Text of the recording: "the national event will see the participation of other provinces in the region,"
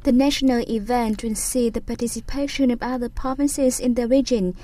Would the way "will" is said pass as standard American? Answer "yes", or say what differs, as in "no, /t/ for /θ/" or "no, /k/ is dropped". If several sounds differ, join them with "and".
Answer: no, /n/ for /l/